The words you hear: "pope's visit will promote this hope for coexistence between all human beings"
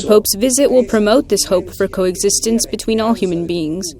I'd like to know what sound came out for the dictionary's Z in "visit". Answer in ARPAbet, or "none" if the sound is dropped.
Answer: Z